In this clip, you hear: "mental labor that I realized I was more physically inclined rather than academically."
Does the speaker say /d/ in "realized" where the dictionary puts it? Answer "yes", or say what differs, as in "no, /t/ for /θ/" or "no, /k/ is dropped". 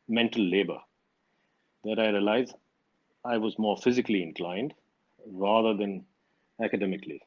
no, /d/ is dropped